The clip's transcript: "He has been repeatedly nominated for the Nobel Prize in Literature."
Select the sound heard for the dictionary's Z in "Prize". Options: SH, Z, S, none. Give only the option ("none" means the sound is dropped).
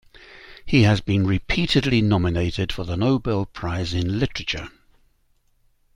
Z